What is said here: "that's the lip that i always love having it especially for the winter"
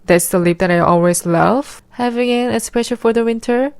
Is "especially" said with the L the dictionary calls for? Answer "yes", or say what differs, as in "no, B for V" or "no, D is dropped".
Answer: no, L is dropped